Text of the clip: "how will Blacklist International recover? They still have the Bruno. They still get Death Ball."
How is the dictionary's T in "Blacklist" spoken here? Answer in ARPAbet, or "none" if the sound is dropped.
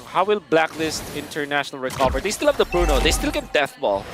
T